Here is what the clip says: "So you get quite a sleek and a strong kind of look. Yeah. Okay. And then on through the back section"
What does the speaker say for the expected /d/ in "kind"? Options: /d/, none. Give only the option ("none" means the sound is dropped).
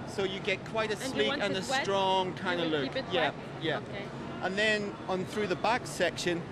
none